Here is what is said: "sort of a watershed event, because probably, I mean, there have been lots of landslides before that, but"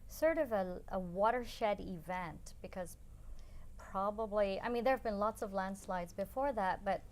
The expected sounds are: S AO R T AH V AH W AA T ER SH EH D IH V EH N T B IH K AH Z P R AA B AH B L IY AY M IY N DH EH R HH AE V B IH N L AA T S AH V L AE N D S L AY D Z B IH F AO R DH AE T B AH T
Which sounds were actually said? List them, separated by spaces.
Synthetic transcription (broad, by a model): S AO R T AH V AH W AA T ER SH EH D IH V EH N T B IH K AH Z P R AA B AH B L IY AY M IY N DH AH R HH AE V B IH N L AA T S AH V L AE N D S L AY D Z B IH F AO R DH AE T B AH T